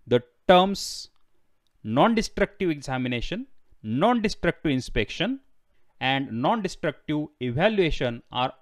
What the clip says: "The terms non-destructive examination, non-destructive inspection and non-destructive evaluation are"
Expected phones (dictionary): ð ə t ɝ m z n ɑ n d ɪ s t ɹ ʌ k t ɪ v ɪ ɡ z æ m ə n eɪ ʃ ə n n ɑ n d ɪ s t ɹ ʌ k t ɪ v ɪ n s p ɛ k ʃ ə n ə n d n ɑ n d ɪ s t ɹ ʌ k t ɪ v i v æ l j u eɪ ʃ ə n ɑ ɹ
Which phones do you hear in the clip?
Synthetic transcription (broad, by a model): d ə t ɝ m s n ɑ n d ɪ s t ɹ ʌ k t ɪ v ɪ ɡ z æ m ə n eɪ ʃ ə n n ɑ n d ɪ s t ɹ ʌ k t ɪ v ɪ n s p ɛ k ʃ ə n ə n d n ɑ n d ɪ s t ɹ ʌ k t ɪ v i v æ l j u eɪ ʃ ə n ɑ ɹ